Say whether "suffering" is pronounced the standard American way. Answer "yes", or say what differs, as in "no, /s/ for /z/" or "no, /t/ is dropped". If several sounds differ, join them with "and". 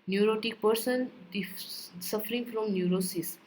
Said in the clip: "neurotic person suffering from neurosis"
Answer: yes